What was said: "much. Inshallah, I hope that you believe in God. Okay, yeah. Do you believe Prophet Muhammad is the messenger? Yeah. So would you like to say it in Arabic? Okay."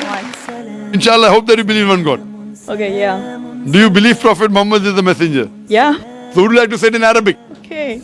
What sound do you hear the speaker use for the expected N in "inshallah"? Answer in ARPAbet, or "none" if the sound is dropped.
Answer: N